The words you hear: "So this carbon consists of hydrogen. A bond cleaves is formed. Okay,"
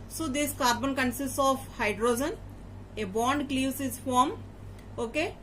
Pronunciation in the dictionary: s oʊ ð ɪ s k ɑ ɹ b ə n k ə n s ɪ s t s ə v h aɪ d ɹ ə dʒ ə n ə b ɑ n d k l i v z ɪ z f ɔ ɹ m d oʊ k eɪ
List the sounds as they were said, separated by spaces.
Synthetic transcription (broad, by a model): s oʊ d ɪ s k ɑ ɹ b ə n k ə n s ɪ s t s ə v h aɪ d ɹ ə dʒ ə n ə b ɑ n d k l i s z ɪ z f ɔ ɹ m oʊ k eɪ